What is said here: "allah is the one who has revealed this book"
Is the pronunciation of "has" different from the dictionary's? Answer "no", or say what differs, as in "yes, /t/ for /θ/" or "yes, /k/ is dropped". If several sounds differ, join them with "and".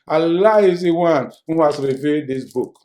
yes, /s/ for /z/